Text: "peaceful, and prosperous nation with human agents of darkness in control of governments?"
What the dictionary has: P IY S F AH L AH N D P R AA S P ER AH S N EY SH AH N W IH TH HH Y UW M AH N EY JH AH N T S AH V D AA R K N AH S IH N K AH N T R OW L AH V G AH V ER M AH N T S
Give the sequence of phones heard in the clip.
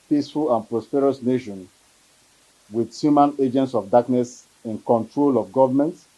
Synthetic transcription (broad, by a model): P IY S F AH L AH N P R AA S P ER AH S N EY SH AH N W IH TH HH Y UW M AH N EY JH AH N T S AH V D AA K N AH S IH N K AH N T R OW L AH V G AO V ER M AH N T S